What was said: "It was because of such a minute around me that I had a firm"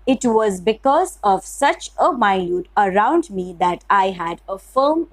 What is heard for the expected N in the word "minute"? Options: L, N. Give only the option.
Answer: L